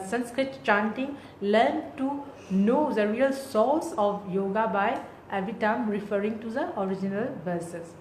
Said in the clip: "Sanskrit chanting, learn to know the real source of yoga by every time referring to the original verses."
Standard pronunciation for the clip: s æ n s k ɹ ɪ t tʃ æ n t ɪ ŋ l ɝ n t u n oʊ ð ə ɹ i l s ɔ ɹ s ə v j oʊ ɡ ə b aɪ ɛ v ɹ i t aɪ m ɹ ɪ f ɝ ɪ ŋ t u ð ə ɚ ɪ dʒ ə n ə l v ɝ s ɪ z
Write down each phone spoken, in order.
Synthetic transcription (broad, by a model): s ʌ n s k ɹ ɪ t tʃ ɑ n t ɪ ŋ l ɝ n t u n oʊ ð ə ɹ i l s ɔ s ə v j oʊ ɡ ə b aɪ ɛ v i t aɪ m ɹ ɪ f ɝ ɪ ŋ t u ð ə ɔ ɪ dʒ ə n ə l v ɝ s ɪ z